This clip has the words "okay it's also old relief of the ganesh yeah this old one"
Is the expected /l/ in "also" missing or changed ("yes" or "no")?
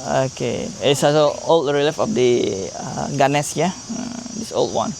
yes